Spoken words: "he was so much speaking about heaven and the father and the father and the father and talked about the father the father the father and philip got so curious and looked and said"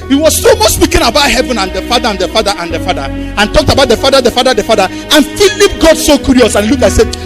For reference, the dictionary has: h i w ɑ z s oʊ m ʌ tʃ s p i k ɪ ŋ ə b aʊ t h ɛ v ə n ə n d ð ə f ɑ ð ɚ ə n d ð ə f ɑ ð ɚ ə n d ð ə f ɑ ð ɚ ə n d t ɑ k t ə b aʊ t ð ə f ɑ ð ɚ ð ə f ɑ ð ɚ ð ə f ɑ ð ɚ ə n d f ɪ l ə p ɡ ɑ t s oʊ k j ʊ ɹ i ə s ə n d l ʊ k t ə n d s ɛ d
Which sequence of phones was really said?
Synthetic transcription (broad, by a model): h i w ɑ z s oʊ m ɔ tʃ s p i k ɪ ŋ ə b aʊ t h ɛ v ə n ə n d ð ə f ɑ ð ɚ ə n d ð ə f ɑ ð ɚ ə n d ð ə f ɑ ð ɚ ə n t ɑ k t ə b aʊ t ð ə f ɑ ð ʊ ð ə f ɑ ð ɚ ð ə f ɑ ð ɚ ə n f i l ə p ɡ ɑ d s oʊ k j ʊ ɹ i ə s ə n l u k ə s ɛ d